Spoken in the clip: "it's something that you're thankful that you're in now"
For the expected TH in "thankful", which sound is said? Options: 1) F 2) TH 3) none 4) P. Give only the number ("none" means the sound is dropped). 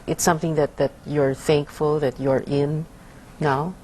2